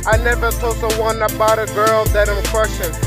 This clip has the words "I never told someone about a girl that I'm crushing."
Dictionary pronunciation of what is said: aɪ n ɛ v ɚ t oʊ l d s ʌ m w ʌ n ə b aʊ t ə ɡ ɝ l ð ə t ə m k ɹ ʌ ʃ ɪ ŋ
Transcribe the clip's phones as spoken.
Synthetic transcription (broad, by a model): aɪ n ɛ v ɚ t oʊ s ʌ w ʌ n ə b aʊ t ə ɡ ɝ l ð ə t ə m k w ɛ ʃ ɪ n